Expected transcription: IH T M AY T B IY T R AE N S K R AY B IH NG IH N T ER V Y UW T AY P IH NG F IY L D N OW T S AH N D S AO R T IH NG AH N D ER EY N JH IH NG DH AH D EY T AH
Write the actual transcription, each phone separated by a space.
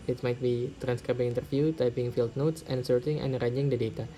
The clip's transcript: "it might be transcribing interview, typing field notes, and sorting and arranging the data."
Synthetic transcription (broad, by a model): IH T M AY T B IY T R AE N S K R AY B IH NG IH N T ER F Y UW T AY P IH NG F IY L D N OW T S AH N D S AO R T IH NG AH N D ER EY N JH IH NG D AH D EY T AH